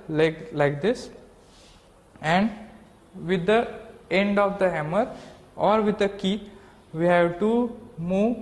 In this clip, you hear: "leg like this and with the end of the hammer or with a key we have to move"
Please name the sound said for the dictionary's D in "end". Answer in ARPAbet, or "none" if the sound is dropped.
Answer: D